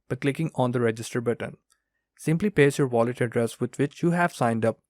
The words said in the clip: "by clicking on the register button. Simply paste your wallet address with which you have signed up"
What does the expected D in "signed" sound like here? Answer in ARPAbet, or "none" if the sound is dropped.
D